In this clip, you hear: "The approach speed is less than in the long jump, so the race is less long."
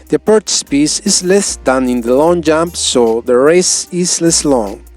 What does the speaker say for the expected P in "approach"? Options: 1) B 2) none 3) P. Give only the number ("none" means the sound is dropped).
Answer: 2